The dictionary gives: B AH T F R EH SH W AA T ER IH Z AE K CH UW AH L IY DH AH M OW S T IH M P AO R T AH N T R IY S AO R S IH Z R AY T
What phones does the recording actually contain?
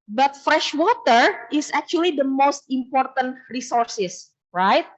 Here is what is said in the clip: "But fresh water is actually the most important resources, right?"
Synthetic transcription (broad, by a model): B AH T F R EH SH W AA T ER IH S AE K CH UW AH L IY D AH M OW S T IH M P AO R T AH N T R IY S AO R S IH S R AY T